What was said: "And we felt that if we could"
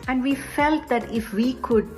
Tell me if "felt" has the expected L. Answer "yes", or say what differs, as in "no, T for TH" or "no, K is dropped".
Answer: yes